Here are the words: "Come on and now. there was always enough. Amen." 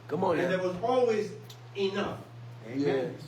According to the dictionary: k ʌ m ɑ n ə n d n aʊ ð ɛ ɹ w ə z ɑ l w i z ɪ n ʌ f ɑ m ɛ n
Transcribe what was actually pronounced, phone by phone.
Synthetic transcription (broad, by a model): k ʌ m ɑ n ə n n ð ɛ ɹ w ə z ɑ l w i z ɪ n ʌ f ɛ